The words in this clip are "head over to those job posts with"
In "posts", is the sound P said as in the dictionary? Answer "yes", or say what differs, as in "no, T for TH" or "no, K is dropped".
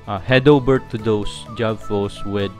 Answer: no, F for P